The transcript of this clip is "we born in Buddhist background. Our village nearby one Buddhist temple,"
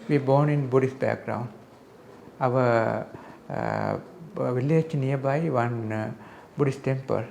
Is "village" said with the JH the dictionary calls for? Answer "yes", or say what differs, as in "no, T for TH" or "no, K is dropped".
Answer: no, CH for JH